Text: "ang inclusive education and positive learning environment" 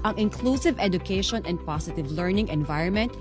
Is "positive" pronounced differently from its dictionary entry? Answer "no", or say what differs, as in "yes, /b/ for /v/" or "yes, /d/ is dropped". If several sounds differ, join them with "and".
yes, /s/ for /z/